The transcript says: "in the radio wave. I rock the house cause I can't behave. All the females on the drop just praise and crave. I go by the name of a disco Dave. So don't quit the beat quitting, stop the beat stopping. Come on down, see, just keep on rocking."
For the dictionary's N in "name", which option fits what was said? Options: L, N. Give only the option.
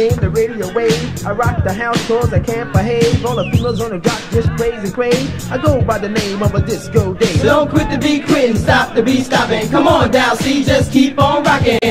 N